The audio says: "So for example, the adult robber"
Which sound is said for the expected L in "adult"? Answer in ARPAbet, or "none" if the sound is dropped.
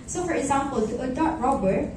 none